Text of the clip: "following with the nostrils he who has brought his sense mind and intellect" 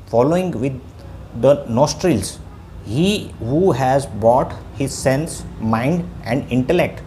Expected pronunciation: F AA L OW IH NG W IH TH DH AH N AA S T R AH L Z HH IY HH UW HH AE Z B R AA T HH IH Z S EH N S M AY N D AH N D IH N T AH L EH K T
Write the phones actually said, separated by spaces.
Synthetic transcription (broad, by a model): F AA L OW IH NG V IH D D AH N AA S T R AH L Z HH IY HH UW HH AE Z B AA T HH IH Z S EH N S M AY N D AH N D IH N T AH L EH K T